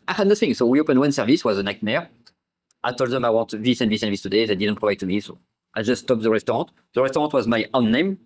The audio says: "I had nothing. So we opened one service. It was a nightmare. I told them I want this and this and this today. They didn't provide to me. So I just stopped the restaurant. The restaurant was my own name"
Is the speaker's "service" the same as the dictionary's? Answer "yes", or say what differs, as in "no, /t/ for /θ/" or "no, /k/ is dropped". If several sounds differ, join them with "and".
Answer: yes